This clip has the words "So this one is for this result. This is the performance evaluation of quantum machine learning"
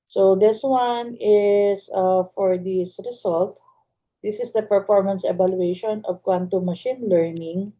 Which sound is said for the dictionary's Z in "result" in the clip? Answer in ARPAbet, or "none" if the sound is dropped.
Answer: S